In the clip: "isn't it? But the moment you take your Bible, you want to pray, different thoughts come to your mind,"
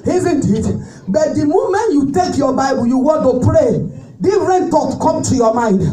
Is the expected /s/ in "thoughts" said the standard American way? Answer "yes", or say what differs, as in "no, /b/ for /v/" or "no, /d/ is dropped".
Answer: no, /s/ is dropped